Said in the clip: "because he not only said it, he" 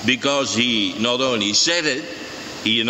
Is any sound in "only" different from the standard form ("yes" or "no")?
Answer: yes